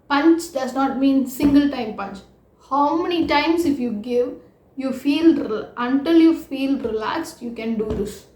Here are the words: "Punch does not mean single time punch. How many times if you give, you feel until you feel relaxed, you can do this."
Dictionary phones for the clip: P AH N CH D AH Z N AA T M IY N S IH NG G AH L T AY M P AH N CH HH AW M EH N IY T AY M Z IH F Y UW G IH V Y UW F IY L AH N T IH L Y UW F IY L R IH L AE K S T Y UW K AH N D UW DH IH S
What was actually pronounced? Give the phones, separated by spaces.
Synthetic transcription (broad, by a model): P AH N CH D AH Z N AA T M IY N S IH NG G AH L T AY M P AH N CH HH AW M EH N IY T AY M S IH F Y UW G IH V Y UW F IY L AH N T IH L Y UW F IY L R IH L AE K S T Y UW K AH N D UW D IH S